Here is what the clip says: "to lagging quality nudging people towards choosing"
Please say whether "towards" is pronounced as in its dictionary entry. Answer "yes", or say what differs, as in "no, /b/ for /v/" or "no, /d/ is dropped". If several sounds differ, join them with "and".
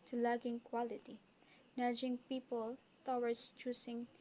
no, /s/ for /z/